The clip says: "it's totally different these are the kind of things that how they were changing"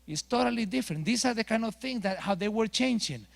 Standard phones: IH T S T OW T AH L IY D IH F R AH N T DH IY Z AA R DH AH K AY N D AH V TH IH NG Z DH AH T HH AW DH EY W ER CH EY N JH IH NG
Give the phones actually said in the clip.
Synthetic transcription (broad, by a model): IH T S T OW T AH L IY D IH F R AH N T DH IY S AA R DH AH K AY N D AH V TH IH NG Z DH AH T HH AW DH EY W ER CH EY N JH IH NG